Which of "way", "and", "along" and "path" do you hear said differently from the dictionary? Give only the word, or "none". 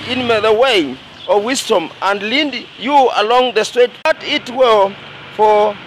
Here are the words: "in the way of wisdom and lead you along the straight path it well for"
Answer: path